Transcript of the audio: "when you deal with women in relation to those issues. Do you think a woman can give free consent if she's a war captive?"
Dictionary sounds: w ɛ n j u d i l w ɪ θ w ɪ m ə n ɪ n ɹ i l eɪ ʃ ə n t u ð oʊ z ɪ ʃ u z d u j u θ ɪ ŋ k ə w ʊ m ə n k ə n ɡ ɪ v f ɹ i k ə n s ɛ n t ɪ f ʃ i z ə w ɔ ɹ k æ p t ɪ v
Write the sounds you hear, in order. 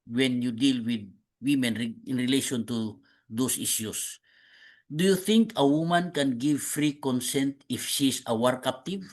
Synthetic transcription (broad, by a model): w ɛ n j u d i l w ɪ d w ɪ m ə n ɪ n ɹ i l eɪ ʃ ə n t u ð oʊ s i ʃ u s d u j u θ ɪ ŋ k ə w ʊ m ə n k ə n ɡ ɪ v f ɹ i k ə n s ɛ n t ɪ f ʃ i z ə w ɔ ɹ k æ p t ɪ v